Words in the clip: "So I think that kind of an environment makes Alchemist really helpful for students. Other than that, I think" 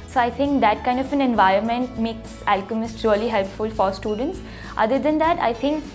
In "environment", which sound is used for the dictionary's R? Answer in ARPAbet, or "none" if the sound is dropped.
R